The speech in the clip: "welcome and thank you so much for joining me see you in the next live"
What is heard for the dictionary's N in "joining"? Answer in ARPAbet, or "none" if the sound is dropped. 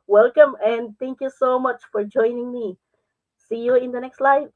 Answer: N